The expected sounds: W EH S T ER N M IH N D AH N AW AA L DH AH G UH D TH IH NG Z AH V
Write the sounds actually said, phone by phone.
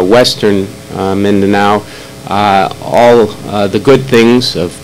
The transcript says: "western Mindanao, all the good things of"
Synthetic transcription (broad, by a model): W EH S T ER N M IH N D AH N AW AA L DH AH G UH D TH IH NG Z AH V